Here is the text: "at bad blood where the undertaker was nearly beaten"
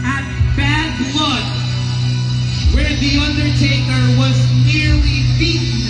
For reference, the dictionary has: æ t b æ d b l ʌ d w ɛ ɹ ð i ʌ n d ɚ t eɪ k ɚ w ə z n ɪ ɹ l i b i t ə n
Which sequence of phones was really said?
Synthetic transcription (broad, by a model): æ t b æ d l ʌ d w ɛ ɹ ð i ʌ n d ɚ t eɪ k ɚ w ə z n ɪ ɹ l i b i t